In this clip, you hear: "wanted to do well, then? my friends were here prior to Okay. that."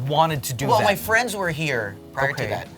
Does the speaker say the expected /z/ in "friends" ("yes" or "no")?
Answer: yes